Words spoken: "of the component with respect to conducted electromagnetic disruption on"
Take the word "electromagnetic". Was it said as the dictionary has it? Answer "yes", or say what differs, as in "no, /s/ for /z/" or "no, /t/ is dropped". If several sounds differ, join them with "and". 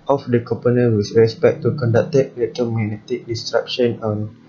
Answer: no, /k/ is dropped and /ɹ/ is dropped